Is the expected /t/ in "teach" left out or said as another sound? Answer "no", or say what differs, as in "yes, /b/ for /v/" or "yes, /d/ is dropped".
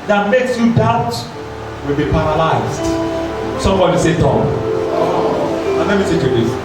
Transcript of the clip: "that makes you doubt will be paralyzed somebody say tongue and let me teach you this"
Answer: yes, /s/ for /t/